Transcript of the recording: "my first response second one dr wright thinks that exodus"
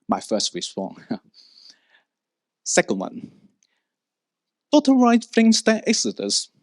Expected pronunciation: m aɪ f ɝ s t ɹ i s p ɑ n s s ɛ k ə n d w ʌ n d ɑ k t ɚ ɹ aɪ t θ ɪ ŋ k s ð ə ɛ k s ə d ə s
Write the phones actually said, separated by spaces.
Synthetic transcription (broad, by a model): m aɪ f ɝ s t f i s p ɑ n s s ɛ k ə n d w ʌ n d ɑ t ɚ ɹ aɪ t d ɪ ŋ s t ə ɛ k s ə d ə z